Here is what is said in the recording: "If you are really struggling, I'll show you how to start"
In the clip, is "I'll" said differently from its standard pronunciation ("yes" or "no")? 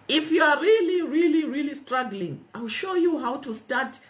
no